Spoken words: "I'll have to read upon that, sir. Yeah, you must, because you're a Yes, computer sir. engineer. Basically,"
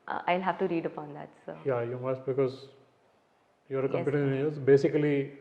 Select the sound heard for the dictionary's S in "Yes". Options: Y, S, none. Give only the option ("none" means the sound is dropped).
none